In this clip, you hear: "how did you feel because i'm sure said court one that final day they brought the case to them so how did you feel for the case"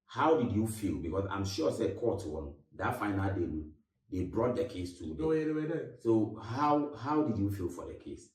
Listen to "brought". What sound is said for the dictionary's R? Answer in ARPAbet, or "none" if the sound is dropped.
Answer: R